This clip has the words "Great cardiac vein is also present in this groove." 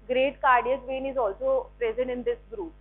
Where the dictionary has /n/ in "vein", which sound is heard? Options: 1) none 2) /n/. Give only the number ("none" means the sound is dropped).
2